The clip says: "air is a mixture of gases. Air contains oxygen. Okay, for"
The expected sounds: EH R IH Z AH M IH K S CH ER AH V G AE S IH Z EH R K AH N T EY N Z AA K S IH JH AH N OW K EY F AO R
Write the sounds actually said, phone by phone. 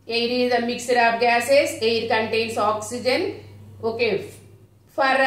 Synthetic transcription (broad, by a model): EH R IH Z AH M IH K S ER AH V G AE S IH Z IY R K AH N T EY N S AA K S IH JH AH N OW K EY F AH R